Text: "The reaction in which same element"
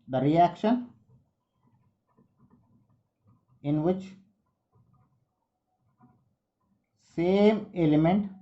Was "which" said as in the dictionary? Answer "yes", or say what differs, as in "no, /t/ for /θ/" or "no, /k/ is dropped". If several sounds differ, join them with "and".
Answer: yes